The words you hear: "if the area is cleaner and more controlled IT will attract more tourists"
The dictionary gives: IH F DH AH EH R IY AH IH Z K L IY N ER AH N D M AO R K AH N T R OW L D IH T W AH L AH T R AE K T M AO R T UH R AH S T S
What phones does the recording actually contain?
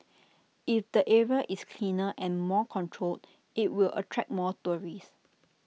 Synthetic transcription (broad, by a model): IH F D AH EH R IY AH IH S K L IY N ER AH N M AO K AH N T R OW L D IH T W AH L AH T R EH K M AO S T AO R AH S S